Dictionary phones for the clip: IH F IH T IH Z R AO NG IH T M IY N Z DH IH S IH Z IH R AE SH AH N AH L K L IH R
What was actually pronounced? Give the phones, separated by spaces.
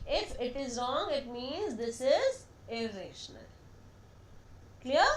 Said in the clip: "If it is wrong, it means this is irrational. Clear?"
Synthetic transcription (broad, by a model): IH F IH T IH Z R AO NG IH T M IY N Z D IH S IH Z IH R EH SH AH N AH L K L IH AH